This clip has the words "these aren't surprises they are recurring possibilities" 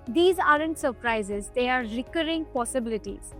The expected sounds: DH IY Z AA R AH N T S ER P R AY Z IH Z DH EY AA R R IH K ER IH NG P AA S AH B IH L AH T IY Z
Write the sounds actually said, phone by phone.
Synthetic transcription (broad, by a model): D IY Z AA R AH N T S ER P R AY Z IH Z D EY AA R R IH K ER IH NG P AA S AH B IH L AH T IY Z